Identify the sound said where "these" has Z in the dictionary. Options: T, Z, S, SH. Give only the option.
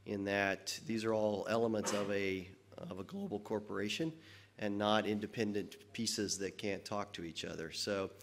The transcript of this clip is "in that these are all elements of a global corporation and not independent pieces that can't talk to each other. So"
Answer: Z